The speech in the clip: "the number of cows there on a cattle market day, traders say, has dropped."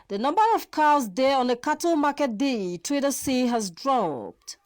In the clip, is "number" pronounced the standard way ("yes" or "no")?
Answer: yes